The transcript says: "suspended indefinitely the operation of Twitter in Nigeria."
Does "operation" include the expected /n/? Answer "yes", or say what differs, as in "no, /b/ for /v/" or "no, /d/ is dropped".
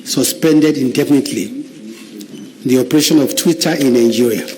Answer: yes